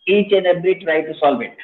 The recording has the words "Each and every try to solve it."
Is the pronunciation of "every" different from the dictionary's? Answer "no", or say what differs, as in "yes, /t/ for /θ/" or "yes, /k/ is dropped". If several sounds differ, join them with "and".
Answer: yes, /b/ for /v/